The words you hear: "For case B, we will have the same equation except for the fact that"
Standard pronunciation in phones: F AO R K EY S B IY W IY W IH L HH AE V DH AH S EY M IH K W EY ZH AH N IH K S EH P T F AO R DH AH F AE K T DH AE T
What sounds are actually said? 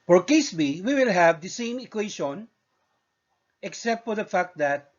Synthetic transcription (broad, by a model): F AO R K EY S B IY W IY W IH L HH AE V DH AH S EY M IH K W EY SH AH N IH K S EH P T F AO R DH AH F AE K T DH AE T